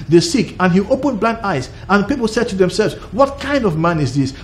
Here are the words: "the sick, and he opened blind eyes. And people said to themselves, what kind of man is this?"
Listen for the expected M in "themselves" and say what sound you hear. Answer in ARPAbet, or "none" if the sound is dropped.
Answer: M